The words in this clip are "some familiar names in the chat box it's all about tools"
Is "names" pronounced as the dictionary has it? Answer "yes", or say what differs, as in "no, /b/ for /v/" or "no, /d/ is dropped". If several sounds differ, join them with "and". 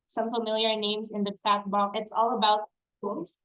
yes